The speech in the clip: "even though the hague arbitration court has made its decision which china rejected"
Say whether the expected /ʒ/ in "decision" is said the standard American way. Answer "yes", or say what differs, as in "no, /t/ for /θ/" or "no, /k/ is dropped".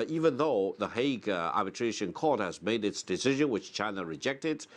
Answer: yes